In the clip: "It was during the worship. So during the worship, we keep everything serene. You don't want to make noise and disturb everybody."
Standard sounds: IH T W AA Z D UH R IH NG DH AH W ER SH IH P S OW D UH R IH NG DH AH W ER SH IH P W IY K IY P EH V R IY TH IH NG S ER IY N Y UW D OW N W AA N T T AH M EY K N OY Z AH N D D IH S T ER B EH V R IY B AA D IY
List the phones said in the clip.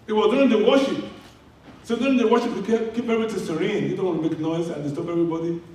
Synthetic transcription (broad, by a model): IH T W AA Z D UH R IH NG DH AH W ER SH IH P S OW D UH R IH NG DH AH W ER SH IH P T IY K IY P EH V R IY T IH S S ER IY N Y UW D OW N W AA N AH M EY K N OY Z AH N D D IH S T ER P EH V R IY B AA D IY